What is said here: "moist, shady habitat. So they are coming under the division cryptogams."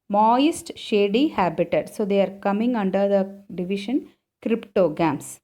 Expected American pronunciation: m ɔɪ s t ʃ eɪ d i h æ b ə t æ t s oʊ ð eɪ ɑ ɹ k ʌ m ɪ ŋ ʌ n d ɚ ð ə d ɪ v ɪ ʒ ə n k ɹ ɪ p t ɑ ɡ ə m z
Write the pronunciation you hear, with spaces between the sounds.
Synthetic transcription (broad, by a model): m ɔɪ s t ʃ eɪ d i h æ b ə t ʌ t s oʊ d eɪ ɑ ɹ k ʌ m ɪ ŋ ʌ n d ɚ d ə d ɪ v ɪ ʃ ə n k ɹ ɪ p t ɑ ɡ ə m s